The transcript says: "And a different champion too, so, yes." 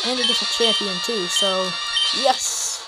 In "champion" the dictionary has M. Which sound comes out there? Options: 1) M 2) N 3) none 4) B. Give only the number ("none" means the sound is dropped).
3